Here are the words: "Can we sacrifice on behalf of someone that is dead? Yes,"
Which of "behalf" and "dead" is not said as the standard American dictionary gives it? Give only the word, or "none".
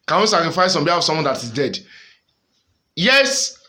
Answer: behalf